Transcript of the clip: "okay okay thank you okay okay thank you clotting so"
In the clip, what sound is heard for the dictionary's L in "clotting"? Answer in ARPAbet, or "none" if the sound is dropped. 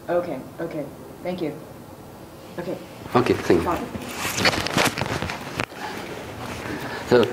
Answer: none